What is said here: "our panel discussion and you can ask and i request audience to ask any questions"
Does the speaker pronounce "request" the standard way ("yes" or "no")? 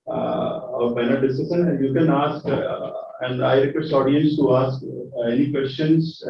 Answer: no